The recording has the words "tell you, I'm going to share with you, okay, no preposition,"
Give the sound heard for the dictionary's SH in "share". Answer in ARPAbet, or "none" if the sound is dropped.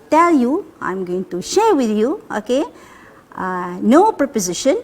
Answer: SH